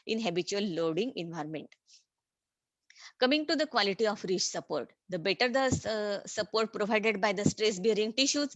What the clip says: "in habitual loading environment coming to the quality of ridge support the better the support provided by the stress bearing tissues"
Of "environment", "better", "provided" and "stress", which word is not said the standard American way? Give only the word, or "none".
none